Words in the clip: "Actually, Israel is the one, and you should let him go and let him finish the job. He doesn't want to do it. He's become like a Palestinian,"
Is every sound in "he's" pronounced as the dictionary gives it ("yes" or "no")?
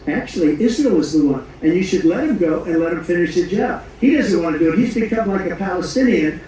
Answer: yes